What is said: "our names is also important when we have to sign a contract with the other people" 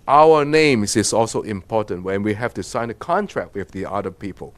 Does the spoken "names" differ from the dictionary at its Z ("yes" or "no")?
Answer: yes